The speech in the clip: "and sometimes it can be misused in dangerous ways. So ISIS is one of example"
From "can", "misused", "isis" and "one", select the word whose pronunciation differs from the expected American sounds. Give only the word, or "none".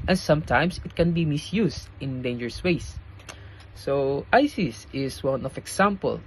misused